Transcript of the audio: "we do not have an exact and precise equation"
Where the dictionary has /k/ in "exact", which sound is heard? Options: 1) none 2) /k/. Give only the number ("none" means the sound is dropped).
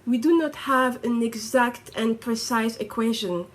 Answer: 2